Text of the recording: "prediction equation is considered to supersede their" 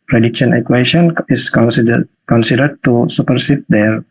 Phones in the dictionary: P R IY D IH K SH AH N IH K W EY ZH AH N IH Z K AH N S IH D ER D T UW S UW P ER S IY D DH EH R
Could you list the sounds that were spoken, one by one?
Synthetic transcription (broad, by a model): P R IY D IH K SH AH N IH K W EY S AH N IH S K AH N S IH D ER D T UW S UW P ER S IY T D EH R